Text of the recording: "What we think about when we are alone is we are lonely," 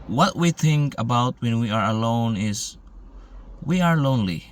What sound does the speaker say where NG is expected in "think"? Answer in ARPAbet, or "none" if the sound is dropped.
NG